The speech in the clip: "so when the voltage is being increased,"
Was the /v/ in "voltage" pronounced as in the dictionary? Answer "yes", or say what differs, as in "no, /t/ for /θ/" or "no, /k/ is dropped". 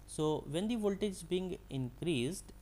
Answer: yes